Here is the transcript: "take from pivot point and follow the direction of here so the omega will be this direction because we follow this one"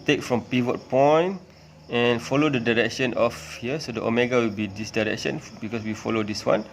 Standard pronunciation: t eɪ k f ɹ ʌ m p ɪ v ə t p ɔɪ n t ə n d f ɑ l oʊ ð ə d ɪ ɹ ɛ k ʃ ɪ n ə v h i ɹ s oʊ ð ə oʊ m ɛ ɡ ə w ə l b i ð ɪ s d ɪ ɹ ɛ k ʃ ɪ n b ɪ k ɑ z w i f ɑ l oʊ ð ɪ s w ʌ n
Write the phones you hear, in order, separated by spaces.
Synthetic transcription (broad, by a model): t eɪ k f ɹ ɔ m p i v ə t p ɔɪ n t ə n f ɑ l oʊ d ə d ɪ ɹ ɛ k ʃ ɪ n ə f h i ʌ s oʊ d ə oʊ m ɛ ɡ ə w ə l b i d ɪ s d ɪ ɹ ɛ k ʃ ɪ n b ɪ k ɑ s w i f ɑ l oʊ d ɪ s w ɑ n